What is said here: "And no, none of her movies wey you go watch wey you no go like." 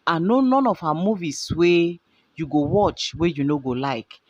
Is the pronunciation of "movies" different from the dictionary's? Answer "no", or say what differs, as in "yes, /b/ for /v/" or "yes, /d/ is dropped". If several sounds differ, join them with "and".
yes, /s/ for /z/